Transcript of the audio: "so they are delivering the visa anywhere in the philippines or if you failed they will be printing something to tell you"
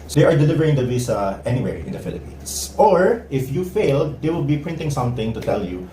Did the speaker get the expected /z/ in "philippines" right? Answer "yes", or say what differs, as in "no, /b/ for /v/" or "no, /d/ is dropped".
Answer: no, /s/ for /z/